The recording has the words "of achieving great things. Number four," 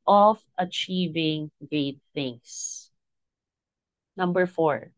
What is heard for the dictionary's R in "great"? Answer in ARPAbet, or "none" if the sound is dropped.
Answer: none